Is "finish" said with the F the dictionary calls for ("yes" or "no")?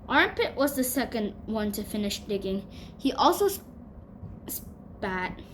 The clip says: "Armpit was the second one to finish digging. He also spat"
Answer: yes